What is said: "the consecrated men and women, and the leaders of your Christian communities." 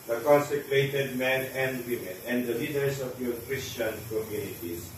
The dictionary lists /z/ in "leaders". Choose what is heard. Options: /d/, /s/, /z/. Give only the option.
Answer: /s/